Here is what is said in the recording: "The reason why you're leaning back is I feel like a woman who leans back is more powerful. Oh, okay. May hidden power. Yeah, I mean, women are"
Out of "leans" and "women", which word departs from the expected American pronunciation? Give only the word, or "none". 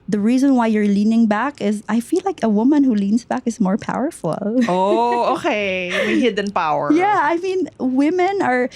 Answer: none